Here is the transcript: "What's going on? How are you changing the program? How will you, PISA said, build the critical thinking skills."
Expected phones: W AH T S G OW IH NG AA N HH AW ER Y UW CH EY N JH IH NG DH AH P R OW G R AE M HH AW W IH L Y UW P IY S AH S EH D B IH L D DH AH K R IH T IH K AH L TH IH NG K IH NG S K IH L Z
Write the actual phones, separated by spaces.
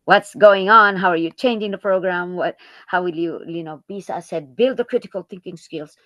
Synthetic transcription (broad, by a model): W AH T S G OW IH NG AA N HH AW ER Y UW CH EY N JH IH NG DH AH P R OW G R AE M HH AW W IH L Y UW B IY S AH S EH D B IH L D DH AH K R IH T IH K AH L TH IH NG K IH NG S K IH L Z